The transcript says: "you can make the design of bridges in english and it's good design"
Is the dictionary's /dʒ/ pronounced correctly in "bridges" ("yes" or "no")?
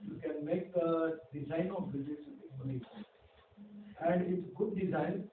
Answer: no